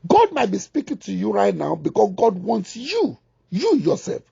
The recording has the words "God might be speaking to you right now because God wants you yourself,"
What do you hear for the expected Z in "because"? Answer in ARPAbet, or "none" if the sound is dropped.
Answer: S